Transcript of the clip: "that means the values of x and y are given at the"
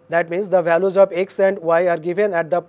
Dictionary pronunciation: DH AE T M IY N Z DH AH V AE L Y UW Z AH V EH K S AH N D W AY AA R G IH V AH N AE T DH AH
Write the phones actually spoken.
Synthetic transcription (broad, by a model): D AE T M IY N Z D AH V AE L Y UW Z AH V EH K S AH N D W AY AA R G IH V AH N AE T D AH